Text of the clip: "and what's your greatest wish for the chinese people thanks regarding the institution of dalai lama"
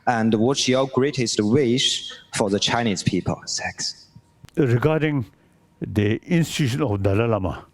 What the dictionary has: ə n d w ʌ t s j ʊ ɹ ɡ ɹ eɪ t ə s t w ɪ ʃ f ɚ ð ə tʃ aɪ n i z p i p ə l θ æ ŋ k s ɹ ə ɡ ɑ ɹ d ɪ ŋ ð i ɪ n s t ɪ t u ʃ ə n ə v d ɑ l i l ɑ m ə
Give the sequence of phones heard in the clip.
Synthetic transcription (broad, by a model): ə n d w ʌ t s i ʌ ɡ ɹ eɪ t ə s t w ɪ ʃ f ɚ ð ə tʃ aɪ n i z p i p ə l s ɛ k s ɹ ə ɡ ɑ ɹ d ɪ ŋ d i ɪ n s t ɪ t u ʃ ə n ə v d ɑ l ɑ l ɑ m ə